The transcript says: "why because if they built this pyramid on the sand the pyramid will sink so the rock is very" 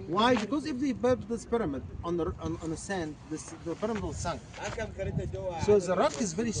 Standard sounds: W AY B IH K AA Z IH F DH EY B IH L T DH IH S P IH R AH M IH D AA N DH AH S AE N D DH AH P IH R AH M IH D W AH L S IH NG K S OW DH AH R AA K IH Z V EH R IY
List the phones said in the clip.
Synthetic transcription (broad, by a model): W AY B IH K AA Z IH F DH EY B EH T DH IH S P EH R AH M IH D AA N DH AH S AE N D DH AH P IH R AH M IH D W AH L S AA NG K S OW DH AH R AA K IH Z V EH R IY